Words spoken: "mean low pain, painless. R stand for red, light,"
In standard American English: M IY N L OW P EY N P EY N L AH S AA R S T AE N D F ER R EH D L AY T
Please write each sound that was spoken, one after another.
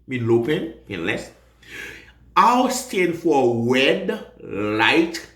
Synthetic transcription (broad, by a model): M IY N L OW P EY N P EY N L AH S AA W S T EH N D F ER W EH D L AY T